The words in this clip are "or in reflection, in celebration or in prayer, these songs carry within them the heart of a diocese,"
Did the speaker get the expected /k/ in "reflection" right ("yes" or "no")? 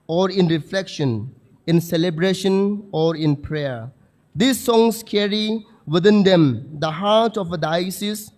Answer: yes